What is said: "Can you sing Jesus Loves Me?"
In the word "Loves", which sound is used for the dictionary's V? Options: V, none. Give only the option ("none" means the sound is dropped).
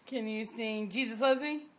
none